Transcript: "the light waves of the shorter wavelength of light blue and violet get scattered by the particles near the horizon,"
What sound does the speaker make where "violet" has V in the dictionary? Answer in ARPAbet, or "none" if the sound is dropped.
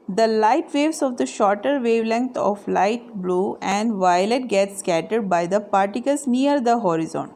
V